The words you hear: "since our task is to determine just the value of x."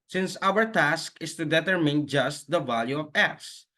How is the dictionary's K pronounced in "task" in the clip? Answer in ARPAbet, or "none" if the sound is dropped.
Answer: K